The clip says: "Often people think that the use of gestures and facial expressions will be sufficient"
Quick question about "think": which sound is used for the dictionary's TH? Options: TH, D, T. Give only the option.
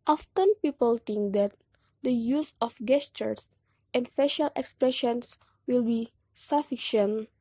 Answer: T